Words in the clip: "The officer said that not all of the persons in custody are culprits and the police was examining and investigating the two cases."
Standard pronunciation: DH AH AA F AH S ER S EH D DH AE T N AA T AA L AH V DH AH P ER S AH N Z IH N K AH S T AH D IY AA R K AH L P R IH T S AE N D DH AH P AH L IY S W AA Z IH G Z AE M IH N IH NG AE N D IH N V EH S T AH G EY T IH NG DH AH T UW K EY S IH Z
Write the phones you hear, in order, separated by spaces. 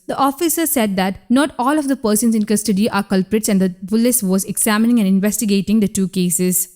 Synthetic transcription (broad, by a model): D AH AA F AH S ER S EH D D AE T N AA T AA L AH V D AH P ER S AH N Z IH N K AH S T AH D IY AA R K AH L P R IH T S AE N D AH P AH L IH S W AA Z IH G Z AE M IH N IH NG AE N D IH N V EH S T AH G EY T IH NG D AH T UW K EY S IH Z